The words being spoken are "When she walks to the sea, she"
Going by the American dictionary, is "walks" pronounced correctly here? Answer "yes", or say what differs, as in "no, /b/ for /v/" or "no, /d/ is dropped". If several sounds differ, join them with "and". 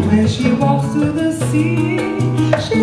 no, /k/ is dropped